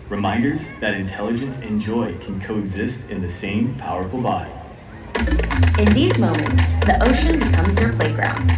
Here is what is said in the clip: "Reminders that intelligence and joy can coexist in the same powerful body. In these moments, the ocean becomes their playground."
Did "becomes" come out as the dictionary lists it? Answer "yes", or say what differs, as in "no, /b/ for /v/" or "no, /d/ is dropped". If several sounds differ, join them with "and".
yes